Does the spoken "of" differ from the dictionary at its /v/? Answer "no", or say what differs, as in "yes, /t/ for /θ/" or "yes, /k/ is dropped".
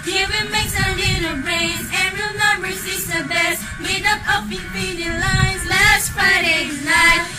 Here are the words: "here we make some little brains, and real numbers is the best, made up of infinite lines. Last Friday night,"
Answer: yes, /p/ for /v/